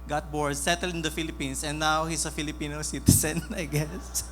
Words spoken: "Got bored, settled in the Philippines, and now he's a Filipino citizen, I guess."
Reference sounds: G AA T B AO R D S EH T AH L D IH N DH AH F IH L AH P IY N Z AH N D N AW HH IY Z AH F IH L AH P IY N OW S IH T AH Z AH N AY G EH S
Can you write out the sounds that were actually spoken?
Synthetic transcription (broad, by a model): G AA T B AO R D S EH T AH L D IH N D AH F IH L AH P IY N S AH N N AW HH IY S AH F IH L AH P IY N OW S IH T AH S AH N AY G EH S